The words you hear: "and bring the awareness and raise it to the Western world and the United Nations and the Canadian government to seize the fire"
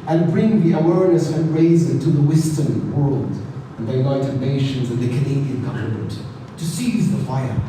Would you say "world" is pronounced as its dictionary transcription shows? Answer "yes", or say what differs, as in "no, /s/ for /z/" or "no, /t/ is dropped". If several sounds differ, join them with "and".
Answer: yes